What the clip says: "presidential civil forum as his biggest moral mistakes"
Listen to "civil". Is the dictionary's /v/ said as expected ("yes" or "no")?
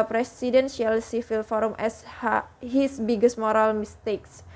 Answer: no